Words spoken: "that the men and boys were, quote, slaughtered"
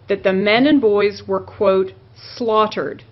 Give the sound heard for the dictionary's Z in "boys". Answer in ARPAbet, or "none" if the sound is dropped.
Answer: Z